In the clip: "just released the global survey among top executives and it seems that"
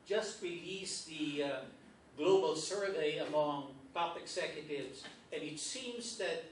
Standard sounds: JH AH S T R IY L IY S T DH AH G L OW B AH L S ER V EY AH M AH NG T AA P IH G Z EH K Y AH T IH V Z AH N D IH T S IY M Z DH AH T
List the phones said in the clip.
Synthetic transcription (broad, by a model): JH AH S T R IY L IY S DH AH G L OW B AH L S ER V EY AH M AH NG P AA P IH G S EH K Y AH T IH V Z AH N IH T S IY M Z DH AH T